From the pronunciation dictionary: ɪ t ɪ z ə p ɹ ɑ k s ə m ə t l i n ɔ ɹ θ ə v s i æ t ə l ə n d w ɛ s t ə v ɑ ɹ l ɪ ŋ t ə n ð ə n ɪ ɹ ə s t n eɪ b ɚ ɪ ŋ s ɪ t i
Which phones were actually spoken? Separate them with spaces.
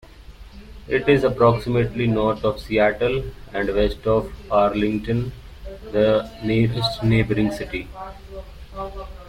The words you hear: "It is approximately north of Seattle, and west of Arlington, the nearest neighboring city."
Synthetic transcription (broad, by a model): ɪ t ɪ z ə p ɹ ɑ k s ə m ə t l i n ɔ ɹ t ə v s i æ t ə l ə n d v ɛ s t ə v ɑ ɹ l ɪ ŋ t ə n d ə n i ɹ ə s t n eɪ b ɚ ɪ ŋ s ɪ t i